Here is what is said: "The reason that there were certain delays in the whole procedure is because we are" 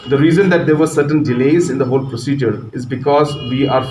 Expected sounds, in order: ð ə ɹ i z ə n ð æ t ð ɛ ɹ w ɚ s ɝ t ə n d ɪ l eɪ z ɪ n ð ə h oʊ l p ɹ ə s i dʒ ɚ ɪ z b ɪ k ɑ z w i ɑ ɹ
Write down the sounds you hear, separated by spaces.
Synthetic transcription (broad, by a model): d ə ɹ i z ə n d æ t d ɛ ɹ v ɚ s ɝ t ə n d ɪ l eɪ z ɪ n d ə h oʊ l p ɹ ə s i dʒ ɚ ɪ z b ɪ k ɑ z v i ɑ ɹ